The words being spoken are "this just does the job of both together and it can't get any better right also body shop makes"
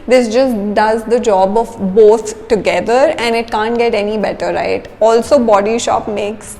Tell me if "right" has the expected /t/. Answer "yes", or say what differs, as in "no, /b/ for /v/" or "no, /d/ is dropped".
yes